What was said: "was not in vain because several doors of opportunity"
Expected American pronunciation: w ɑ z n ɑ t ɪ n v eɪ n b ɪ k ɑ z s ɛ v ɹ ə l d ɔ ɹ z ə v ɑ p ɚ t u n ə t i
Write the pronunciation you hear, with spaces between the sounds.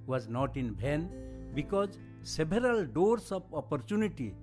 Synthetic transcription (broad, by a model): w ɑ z n ɑ t ɪ n b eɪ n b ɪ k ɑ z s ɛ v ɹ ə l d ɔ ɹ s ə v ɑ p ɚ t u n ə t i